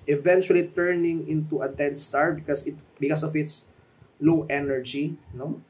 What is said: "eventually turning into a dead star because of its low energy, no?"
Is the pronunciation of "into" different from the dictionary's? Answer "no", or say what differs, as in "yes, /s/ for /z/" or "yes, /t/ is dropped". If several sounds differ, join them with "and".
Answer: no